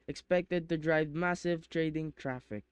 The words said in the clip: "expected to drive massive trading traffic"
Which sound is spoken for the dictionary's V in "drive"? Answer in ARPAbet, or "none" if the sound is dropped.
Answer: V